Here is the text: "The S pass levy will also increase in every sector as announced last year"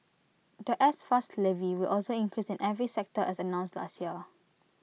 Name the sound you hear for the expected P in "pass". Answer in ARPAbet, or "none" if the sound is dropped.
F